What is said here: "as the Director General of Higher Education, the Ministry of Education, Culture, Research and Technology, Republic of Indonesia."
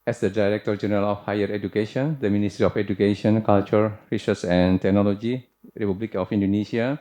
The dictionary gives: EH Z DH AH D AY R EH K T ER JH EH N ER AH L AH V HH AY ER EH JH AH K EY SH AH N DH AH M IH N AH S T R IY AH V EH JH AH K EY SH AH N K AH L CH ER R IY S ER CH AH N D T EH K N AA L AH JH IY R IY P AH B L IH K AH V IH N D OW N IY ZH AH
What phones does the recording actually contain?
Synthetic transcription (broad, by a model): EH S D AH D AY R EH K T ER JH EH N ER AH L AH F HH AY ER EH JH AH K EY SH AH N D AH M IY N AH S T R IY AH F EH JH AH K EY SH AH N K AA L CH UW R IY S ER S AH N T EH K N AA L AH JH IY R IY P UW B L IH K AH F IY N D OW N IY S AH